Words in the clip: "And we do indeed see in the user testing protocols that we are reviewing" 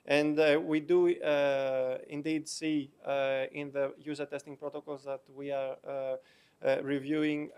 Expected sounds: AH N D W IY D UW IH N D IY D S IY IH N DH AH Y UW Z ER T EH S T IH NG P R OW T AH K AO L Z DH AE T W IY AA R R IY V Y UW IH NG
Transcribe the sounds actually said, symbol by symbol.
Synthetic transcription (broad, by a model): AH N D W IY D UW IH N D IY D S IY IH N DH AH Y UW Z ER T EH S T IH NG P R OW T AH K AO L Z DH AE T W IY AA R R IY V Y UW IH NG